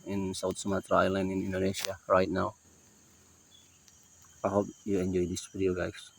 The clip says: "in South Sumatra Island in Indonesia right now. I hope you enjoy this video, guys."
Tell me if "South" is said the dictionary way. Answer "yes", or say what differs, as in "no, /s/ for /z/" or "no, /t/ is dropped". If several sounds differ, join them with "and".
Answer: no, /t/ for /θ/